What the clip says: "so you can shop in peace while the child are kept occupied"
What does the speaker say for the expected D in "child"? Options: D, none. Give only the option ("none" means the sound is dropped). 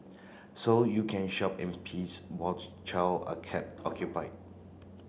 none